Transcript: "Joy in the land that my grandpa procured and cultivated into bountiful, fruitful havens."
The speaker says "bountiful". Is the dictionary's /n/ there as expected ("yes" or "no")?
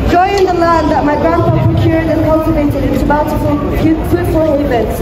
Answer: no